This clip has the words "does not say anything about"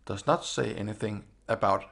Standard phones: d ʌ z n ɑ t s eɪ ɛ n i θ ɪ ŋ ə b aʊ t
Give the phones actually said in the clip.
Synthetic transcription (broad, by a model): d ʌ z n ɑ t s eɪ ɛ n i θ ɪ ŋ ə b aʊ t